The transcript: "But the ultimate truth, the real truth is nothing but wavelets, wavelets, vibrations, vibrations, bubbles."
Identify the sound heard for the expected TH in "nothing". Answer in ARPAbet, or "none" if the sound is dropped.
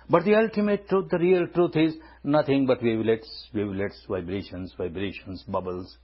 T